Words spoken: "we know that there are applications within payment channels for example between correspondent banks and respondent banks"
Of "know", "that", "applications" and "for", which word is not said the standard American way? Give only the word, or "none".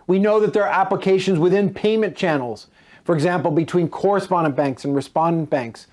none